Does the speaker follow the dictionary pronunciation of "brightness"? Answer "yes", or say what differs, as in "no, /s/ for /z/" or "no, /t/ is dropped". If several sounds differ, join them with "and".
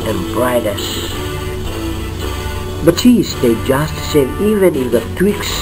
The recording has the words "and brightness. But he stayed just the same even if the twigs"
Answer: no, /n/ is dropped